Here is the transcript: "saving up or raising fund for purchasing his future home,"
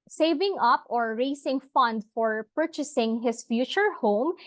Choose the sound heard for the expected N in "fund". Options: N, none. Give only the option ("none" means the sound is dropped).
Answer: N